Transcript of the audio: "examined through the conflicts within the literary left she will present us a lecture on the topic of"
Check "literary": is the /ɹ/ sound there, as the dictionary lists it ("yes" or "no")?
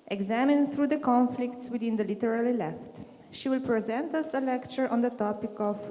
no